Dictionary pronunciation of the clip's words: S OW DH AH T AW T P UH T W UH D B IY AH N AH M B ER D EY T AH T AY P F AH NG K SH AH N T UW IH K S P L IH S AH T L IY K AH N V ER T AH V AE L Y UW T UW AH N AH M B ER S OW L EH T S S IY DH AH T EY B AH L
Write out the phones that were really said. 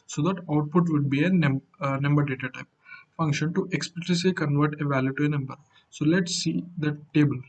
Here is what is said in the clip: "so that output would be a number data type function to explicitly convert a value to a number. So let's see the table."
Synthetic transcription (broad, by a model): S OW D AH T AW T P UH T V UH D B IY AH N AH M B ER D EY T AH T AY P F AH NG K SH AH N T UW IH K S P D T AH S L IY K AH N V ER T AH V AE L Y UW T UW AH N AH M B ER S OW L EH T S S IY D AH T EY B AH L